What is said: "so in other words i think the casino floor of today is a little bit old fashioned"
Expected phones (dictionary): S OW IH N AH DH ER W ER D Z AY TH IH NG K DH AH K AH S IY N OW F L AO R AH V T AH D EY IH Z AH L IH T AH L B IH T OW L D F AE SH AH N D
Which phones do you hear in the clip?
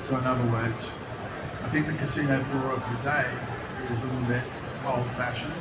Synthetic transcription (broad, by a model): S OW IH N AH DH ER W ER D Z AY TH IH NG K DH AH K AH S IY N OW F AO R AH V T AH D EY IH Z AH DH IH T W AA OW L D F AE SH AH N